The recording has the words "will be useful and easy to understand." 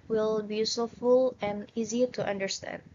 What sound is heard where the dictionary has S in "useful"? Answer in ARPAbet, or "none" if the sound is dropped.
none